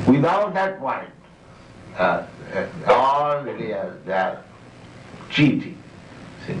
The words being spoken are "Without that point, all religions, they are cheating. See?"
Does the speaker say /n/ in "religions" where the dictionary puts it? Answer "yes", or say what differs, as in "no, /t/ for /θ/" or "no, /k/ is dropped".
no, /n/ is dropped